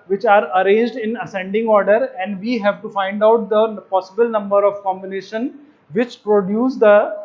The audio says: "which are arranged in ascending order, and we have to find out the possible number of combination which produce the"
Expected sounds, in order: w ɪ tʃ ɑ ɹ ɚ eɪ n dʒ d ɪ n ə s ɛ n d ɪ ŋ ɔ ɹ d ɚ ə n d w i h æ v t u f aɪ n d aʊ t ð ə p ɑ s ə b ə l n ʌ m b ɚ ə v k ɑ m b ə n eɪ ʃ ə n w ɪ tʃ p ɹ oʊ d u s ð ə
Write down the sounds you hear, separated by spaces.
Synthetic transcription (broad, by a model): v ɪ tʃ ɑ ɹ ɚ eɪ n dʒ d ɪ n ə s ɛ n d ɪ ŋ ɔ ɹ d ɚ ə n d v i h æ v t u f aɪ n d aʊ t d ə p ɑ s ə b ə l n ʌ m b ɚ ə v k ɑ m b ə n eɪ ʃ ə n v ɪ tʃ p ɹ oʊ d u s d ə